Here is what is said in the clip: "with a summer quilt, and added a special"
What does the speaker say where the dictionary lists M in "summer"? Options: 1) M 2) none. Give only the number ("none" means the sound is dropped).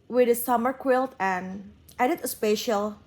1